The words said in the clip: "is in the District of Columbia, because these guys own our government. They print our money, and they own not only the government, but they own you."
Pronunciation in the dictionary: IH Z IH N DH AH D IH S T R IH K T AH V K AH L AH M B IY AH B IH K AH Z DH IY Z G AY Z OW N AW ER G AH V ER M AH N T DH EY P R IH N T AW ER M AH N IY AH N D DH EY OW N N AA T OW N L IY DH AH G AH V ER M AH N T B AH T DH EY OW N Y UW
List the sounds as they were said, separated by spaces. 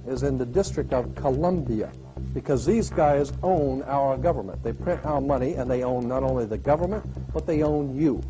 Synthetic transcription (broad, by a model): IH Z IH N DH AH D IH S T R IH K T AH V K AH L AH M B IY AH B IH K AH Z DH IY Z G AY Z OW N AW ER G AH V ER M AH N DH EY P R IH N T AW ER M AH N IY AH N DH EY OW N N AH T OW N L IY DH AH G AH V ER M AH N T B AH T DH EY OW N Y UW